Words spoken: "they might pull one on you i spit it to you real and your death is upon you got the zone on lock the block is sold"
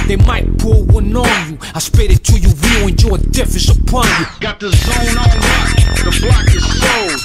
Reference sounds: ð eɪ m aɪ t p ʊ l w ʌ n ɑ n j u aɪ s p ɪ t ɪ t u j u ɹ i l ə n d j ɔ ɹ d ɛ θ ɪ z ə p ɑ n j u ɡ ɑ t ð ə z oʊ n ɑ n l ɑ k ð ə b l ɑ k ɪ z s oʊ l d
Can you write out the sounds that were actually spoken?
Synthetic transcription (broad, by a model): ð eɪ m aɪ t p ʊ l w ʌ n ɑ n j u aɪ s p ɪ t ɪ t u j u w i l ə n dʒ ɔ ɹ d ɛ f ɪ s ə p ɑ n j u ɡ ɑ t ð ə z oʊ n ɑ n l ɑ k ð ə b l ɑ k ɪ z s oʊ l